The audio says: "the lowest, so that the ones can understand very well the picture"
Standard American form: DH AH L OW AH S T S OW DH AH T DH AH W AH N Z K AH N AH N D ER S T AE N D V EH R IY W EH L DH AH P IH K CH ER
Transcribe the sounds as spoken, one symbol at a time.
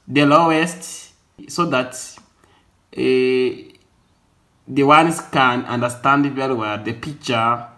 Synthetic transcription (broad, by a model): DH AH L OW AH S T S OW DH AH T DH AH W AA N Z K AH N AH N D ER S T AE N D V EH L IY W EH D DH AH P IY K CH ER